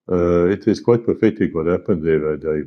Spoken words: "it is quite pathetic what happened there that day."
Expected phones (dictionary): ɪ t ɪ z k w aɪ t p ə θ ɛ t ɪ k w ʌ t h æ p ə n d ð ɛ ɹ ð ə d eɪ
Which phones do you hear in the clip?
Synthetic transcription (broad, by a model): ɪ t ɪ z k w aɪ t p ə f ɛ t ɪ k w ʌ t h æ p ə n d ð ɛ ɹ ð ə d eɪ